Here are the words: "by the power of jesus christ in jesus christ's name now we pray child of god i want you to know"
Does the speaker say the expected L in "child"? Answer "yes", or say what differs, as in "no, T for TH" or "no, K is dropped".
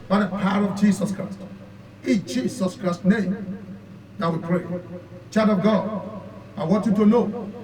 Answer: no, L is dropped